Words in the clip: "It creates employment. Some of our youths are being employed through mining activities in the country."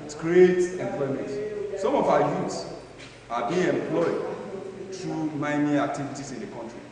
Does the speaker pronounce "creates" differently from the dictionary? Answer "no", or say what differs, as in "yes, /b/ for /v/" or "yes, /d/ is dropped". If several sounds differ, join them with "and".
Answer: yes, /s/ is dropped